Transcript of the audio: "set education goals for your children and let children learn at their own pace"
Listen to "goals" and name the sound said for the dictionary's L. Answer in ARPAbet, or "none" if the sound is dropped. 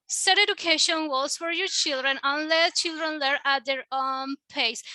none